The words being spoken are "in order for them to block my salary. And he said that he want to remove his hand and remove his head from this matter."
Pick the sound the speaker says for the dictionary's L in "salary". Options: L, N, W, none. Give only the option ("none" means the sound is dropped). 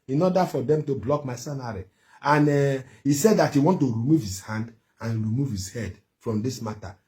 N